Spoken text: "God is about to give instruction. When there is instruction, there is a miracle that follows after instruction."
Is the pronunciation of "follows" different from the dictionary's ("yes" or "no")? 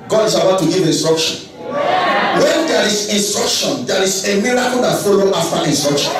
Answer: yes